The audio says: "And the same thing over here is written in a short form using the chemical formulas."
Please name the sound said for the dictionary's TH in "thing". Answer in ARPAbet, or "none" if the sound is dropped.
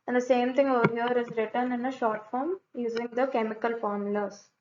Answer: T